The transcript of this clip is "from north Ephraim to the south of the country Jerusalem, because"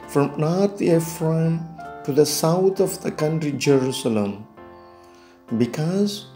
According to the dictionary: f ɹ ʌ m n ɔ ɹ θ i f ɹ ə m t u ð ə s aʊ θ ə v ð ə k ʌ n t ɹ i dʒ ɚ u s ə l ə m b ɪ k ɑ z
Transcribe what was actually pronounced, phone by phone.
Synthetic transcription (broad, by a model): f ɹ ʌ m n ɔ ɹ t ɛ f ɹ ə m t u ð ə s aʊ t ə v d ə k ʌ n t ɹ i dʒ ɚ u s ə l ə m b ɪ k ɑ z